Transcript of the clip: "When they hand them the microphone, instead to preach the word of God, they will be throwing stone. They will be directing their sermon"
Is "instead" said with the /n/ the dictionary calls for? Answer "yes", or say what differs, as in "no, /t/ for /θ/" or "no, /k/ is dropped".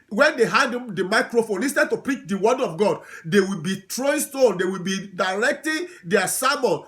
no, /n/ is dropped